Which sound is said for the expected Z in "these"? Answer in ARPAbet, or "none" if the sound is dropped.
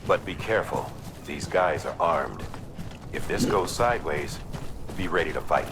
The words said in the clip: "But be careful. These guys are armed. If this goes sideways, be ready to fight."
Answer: Z